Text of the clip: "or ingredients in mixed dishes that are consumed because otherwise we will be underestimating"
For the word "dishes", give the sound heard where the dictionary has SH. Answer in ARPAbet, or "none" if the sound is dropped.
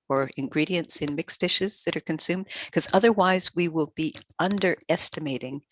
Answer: SH